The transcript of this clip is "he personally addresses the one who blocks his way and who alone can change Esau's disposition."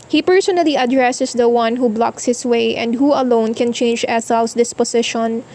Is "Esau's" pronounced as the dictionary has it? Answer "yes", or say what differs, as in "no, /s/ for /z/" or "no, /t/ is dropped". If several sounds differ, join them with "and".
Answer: no, /s/ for /z/